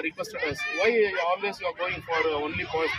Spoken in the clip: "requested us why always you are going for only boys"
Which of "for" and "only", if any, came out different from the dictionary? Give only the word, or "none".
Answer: none